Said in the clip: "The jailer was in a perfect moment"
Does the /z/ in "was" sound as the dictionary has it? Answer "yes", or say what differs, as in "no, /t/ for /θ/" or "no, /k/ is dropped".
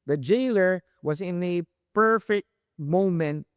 yes